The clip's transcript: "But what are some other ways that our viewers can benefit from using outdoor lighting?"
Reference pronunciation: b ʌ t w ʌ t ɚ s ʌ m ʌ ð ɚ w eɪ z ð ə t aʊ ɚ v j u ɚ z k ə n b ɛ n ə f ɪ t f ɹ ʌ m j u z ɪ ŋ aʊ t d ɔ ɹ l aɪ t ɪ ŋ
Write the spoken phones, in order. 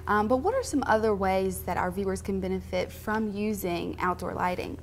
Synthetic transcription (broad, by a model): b ʌ t w ʌ t ɚ s ʌ m ʌ ð ɚ w eɪ z ð ə t aʊ ɚ v j u ɚ z k ə n b ɛ n ə f ɪ t f ɹ ʌ m j u z ɪ ŋ aʊ t d ɔ ɹ l aɪ t ɪ ŋ